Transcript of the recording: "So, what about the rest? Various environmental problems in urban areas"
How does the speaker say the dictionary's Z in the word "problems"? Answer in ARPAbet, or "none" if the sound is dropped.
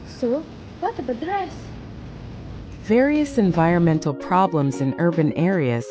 Z